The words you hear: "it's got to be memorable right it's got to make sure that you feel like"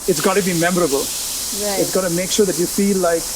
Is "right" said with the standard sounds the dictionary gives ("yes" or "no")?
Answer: no